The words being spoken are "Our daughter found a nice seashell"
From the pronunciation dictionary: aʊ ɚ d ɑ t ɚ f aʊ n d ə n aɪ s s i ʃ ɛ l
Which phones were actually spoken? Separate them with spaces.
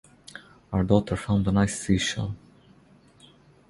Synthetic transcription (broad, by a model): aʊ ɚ d ɑ t ɚ f aʊ n d ə n aɪ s s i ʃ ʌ n